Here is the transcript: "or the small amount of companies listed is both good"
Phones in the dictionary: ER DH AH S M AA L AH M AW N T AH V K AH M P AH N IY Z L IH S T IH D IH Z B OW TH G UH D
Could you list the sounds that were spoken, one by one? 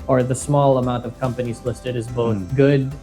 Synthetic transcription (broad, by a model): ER DH AH S M AA L AH M AW N T AH V K AH M P AH N IY Z L IH S T IH D IH Z B OW TH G UH D